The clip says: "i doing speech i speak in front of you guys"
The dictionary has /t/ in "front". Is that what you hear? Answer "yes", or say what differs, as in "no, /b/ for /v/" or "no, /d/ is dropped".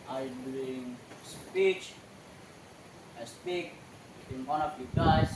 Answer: no, /t/ is dropped